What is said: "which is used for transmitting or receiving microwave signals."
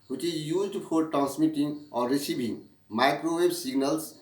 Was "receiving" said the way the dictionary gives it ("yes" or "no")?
no